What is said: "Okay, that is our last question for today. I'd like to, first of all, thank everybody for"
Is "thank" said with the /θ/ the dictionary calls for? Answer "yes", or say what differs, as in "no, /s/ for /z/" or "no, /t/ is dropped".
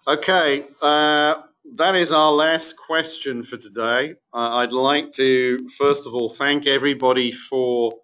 yes